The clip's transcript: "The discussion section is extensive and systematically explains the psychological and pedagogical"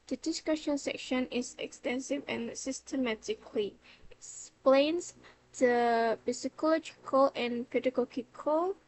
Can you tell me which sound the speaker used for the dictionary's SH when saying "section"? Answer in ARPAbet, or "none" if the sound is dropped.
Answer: SH